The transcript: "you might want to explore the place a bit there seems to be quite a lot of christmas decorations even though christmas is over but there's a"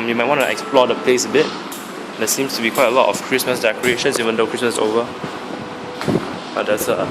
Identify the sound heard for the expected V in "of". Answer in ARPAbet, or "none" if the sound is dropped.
F